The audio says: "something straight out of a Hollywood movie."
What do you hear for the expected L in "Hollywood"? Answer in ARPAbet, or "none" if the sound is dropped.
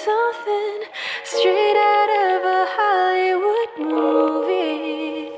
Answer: none